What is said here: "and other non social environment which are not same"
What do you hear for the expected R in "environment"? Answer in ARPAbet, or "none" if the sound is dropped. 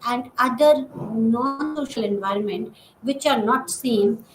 R